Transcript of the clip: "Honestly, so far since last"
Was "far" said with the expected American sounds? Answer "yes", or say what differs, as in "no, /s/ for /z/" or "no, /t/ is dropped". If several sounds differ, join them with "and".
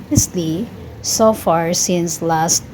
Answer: yes